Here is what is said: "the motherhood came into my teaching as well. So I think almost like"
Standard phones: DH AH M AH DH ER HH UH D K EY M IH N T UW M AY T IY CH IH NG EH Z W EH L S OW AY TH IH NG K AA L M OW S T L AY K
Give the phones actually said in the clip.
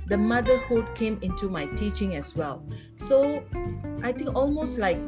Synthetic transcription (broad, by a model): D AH M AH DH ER HH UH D K EY M IH N T UW M AY T IY CH IH NG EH S W EH L S OW AY T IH NG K AA L M OW S T L AY K